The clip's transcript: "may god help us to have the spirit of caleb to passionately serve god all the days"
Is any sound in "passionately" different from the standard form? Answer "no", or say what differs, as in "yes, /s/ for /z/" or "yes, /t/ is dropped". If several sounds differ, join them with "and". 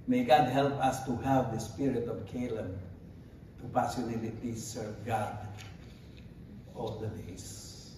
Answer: yes, /s/ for /ʃ/